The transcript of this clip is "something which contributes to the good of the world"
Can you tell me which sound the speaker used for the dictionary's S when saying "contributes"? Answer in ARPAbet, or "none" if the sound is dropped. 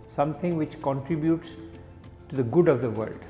S